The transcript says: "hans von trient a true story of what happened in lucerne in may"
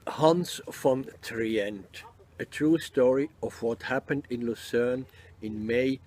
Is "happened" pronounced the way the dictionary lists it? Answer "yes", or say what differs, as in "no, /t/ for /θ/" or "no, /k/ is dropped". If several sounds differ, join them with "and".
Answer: yes